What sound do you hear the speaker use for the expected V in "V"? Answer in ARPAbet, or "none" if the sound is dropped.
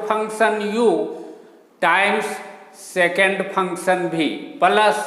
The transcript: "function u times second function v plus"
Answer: B